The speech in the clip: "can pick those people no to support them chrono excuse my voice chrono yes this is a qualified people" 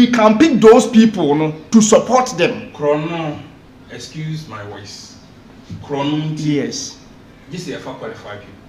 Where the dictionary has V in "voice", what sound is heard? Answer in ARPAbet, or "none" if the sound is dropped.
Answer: W